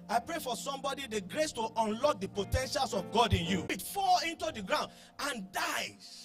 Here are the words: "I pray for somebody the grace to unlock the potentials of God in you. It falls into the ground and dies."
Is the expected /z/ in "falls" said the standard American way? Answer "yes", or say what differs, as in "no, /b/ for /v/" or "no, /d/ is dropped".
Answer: no, /z/ is dropped